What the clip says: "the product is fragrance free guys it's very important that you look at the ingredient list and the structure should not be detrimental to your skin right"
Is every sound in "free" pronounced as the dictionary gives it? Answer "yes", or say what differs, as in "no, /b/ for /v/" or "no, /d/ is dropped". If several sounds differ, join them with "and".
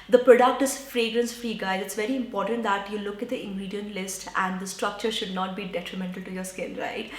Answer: yes